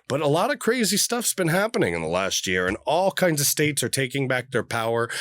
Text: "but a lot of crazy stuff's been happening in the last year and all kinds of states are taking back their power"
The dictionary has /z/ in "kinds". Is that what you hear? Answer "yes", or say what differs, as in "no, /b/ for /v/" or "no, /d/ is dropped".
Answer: yes